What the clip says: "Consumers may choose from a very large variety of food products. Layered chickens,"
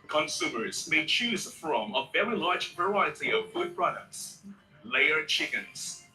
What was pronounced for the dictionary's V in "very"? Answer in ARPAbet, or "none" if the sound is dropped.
V